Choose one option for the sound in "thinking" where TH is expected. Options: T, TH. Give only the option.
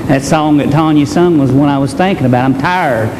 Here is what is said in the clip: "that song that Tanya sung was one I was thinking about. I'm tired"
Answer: TH